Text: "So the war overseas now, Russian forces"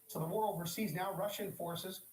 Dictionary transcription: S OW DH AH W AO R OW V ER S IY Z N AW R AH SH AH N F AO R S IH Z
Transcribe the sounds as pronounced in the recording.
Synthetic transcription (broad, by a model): S OW DH AH W AO R OW V ER S IY Z N AW R AH SH AH N F AO R S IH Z